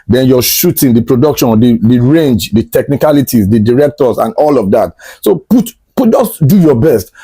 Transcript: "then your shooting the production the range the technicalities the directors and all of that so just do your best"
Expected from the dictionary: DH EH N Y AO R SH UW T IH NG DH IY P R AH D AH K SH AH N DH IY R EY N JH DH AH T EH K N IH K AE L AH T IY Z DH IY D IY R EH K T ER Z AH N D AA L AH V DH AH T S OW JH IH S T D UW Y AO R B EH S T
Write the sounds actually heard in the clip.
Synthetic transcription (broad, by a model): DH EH N Y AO SH UW T IH NG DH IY P R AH D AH K SH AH N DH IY R EY N JH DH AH T EH K N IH K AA L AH T IY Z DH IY D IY R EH K T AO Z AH N AA L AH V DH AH T S OW JH IH S T D UW Y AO B EH S T